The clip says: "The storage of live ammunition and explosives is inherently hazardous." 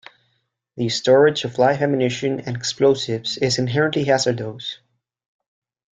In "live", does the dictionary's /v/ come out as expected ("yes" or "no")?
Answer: no